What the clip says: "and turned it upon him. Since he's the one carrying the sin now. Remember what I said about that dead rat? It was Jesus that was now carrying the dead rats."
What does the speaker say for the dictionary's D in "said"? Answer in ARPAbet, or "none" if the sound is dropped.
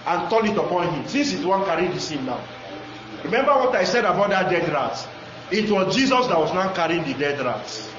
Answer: D